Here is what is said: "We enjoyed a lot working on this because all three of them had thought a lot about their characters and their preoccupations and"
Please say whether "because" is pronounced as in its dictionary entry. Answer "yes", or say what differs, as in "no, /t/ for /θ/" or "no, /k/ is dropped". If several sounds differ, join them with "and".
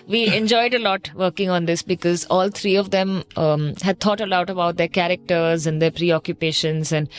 yes